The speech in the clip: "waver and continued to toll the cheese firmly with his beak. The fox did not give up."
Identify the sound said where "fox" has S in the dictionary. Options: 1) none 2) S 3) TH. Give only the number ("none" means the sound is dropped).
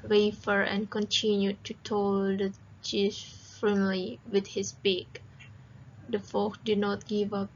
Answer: 1